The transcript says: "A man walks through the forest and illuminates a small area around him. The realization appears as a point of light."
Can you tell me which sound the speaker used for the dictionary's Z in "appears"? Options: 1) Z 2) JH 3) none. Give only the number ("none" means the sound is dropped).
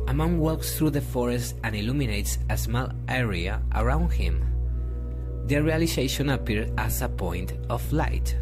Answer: 3